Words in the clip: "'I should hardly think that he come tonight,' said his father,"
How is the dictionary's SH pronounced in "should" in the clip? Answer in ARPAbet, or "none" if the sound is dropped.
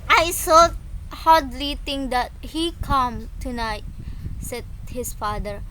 S